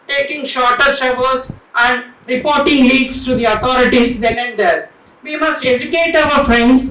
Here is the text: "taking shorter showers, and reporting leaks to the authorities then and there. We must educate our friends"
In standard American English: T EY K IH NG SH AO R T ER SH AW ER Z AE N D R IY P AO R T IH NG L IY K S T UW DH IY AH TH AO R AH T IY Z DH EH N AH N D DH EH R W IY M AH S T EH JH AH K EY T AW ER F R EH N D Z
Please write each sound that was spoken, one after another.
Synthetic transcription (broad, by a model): T EY K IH NG SH AO R T ER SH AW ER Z AE N D R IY P AO R T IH NG L IY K S T UW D IY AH T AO R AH T IY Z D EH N AH N D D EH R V IY M AH S T EH JH AH K EY T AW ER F R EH N D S